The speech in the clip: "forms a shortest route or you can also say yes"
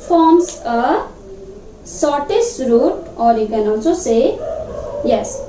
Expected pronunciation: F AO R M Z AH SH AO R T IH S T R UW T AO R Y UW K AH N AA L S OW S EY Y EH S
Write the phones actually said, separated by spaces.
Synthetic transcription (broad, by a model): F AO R M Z AH S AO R T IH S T R UW T AO R Y UW K AH N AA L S OW S EY Y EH S